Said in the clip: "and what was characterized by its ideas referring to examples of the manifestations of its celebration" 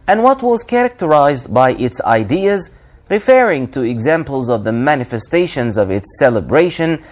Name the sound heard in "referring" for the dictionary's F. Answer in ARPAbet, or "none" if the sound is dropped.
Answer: F